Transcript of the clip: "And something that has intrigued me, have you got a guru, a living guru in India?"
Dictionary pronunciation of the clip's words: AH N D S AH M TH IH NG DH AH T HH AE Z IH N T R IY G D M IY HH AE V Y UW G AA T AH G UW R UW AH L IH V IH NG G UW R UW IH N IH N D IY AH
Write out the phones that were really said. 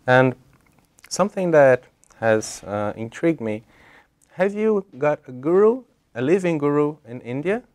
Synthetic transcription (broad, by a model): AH N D S AH M TH IH NG DH AH T HH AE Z IH N T R IY G D M IY HH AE V Y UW G AA T AH G UW R UW AH L IH V IH NG G UW R UW IH N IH N D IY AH